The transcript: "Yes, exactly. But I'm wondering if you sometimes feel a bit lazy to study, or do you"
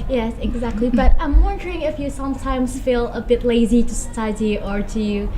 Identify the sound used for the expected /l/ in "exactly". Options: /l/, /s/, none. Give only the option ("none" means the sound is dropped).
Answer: /l/